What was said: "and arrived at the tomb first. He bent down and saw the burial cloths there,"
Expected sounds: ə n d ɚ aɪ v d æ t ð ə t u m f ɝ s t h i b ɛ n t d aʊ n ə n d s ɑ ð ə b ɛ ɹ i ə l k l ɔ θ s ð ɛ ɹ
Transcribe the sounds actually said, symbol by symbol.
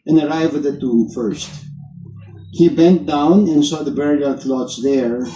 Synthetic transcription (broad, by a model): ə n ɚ aɪ v ɪ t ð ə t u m f ɝ s t h i b ɛ n t d aʊ n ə n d s ɑ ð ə b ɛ ɹ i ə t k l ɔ t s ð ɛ ɹ